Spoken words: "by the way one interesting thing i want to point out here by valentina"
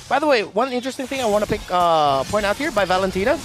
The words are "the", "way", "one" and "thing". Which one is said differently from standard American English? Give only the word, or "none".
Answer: none